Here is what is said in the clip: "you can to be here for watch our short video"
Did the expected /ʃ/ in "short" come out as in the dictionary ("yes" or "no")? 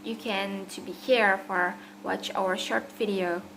yes